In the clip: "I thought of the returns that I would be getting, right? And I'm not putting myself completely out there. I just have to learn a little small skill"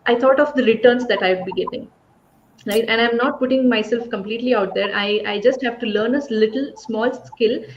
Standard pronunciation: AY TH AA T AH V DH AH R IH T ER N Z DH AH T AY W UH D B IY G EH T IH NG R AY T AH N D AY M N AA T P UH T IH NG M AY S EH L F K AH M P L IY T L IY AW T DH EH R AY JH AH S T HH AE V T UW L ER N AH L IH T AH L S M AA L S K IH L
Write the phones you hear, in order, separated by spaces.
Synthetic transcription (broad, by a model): AY T AA T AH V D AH R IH T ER N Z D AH T AY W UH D B IY G EH T IH NG R AY T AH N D AY M N AA T P UH T IH NG M AY S EH L F K AH M P L IY T L IY AW T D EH R AY JH AH S T HH AE V T UW L ER N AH L IH T AH L S M AA L S K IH L